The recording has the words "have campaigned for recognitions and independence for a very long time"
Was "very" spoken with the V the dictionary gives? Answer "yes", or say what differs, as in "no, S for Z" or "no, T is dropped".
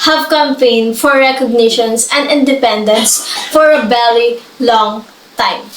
no, B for V